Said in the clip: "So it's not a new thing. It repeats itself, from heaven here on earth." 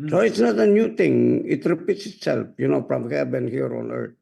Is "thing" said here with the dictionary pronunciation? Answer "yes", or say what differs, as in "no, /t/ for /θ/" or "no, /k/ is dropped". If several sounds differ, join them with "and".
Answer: no, /t/ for /θ/